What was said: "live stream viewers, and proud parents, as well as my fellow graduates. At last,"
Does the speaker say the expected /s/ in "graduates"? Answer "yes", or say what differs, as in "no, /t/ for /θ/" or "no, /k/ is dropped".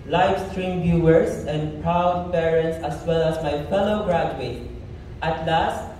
no, /s/ is dropped